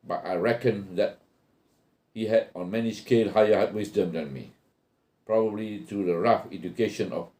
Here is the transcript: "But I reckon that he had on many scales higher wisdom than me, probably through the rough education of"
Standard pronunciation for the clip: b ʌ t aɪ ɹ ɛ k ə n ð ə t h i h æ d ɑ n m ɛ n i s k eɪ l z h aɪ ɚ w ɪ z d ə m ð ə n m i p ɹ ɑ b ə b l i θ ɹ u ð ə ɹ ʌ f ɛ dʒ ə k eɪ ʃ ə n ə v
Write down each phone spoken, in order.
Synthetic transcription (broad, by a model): b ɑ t aɪ ɹ ɛ k ə n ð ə t h i h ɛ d ɑ n m ɛ n i s k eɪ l h aɪ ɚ w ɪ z d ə m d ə n m i p ɹ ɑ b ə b l i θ ɹ u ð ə ɹ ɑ f ɛ dʒ ə k eɪ ʃ ə n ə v